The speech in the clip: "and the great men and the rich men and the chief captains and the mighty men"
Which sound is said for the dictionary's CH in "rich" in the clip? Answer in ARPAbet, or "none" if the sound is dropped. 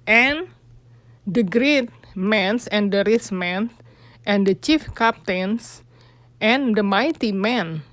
S